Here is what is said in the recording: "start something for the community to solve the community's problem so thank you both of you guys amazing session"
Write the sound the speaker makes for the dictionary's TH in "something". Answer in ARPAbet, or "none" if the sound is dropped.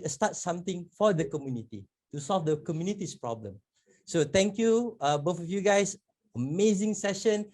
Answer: T